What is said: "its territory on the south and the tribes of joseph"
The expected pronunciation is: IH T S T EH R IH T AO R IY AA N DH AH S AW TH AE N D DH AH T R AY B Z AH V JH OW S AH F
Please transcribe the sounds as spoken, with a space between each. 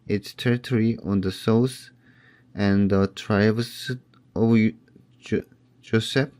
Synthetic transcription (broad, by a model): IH T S T EH R IH T AO R IY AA N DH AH S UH S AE N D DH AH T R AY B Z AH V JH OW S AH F